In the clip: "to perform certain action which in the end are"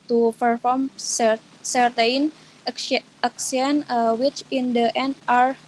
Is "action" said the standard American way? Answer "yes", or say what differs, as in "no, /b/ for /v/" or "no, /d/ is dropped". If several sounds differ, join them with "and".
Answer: no, /s/ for /ʃ/